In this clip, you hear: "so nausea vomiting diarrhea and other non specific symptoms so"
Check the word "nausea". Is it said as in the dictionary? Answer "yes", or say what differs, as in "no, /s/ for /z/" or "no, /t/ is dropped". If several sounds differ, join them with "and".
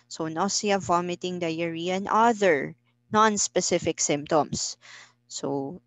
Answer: no, /s/ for /z/